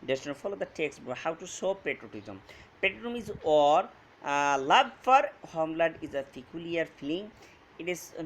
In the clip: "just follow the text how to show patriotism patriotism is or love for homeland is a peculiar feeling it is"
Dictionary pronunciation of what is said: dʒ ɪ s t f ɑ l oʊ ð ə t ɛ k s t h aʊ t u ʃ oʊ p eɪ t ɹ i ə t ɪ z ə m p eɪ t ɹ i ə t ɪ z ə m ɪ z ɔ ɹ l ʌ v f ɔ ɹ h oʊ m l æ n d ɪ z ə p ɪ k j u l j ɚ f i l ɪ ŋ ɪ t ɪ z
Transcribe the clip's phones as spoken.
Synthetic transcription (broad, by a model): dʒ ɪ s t f ɑ l oʊ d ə t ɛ k s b h aʊ t u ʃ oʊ p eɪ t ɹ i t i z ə m p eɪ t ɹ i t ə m ɪ z ɔ ɹ l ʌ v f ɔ ɹ h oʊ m l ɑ d ɪ z ə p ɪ k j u l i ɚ f i l ɪ ŋ ɪ t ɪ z